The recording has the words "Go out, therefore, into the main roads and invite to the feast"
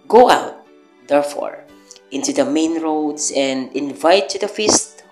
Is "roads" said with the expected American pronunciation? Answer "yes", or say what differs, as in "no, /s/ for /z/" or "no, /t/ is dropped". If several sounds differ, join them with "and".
no, /s/ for /z/